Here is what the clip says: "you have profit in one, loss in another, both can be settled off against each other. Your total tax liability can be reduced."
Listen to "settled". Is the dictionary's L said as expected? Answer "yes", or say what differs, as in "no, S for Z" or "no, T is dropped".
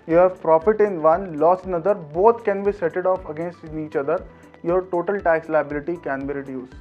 no, L is dropped